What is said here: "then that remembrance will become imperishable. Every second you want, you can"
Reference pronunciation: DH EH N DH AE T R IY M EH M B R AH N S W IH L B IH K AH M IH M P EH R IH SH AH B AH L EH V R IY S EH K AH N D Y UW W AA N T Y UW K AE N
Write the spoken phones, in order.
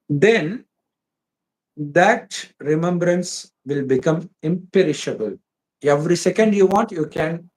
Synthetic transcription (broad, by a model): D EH N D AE T R IY M EH M B R AH N S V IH L B IH K AH M IH M P EH R IH SH AH B AH L EH V R IY S EH K AH N D Y UW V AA N T Y UW K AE N